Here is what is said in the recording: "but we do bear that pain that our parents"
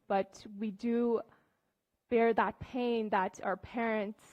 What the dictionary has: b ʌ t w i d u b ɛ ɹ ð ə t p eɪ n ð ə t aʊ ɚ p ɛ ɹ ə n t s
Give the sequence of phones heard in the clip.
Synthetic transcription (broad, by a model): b ʌ t w i d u b ɛ ɹ ð ə t p eɪ n ð ə t aʊ ɚ p ɛ ɹ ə n t s